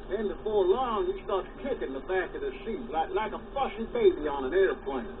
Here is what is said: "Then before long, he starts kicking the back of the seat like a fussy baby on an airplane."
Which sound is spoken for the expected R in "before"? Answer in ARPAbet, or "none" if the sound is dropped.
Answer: R